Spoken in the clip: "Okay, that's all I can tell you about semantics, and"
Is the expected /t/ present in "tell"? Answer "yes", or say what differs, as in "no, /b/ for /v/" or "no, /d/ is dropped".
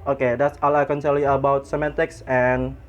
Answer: no, /s/ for /t/